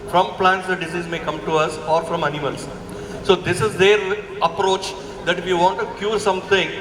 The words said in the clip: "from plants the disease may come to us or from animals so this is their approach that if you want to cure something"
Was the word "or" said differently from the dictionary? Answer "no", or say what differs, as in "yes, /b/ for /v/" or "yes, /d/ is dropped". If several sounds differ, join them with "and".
no